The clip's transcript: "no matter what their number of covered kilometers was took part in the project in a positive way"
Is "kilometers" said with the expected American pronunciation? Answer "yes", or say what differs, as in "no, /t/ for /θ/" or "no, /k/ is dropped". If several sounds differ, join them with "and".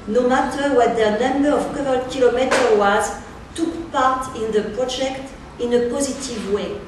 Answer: no, /z/ is dropped